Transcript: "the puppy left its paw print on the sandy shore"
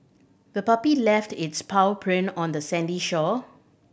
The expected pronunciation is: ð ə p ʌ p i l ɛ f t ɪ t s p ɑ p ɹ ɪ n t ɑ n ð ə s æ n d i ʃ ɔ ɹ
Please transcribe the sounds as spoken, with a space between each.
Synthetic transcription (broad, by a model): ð ə p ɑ p i l ɛ f t ɪ t s p ɑ p ɹ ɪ n ɑ n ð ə s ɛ n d i ʃ ɔ